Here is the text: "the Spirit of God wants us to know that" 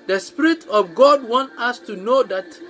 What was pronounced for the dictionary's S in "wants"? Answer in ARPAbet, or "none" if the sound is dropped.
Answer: none